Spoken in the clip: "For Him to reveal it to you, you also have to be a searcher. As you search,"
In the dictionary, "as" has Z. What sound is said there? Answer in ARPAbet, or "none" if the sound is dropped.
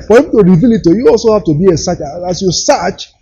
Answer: S